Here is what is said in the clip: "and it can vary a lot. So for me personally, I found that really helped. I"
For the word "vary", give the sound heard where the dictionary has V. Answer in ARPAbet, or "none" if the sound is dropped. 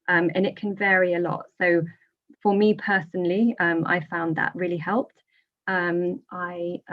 V